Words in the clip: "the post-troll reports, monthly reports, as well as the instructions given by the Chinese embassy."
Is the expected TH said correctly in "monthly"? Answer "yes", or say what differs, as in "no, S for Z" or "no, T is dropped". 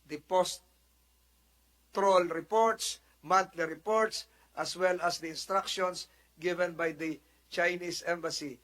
no, T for TH